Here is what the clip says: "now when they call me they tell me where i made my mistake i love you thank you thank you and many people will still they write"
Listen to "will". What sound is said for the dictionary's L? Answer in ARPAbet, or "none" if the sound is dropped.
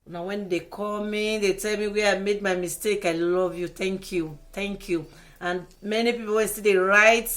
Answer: N